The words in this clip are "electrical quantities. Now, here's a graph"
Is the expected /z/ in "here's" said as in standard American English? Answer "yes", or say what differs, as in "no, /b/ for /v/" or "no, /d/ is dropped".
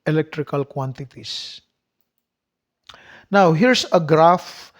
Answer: no, /s/ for /z/